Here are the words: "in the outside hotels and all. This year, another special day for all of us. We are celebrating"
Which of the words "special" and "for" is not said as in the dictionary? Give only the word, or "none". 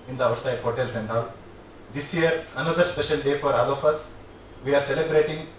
special